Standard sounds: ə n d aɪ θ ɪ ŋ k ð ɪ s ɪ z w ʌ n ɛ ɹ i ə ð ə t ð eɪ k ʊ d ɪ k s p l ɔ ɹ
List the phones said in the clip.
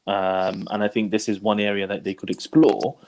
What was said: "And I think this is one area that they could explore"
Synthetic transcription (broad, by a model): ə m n aɪ θ ɪ ŋ k ð ɪ s ɪ z w ʌ n ɛ ɹ i ə ð ə t ð eɪ k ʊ d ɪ k s p l ɔ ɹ